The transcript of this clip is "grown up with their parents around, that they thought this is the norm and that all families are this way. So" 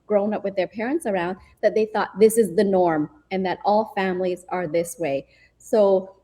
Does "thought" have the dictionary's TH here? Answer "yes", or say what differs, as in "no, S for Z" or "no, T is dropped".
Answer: yes